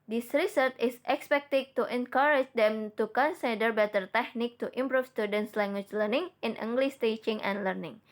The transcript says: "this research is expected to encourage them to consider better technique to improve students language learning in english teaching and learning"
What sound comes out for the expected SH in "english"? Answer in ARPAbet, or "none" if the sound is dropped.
S